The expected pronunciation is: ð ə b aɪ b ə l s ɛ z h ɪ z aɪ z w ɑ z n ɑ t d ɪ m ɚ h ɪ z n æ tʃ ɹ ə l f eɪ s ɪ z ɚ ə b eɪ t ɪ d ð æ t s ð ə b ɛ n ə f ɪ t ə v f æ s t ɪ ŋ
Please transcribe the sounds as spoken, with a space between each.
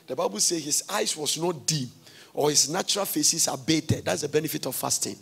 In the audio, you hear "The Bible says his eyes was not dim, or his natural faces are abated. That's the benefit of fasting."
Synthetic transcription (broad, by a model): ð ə b aɪ b ə l s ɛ h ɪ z aɪ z w ɑ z n ɑ t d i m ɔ h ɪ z n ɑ tʃ ɹ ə l f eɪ s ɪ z ə b eɪ t ɪ d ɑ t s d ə b ɛ n ə f ɪ t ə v f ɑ s t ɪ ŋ